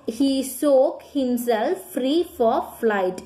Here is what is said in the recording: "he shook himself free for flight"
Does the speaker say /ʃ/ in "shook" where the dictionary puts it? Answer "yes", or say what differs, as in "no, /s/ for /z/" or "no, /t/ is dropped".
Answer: no, /s/ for /ʃ/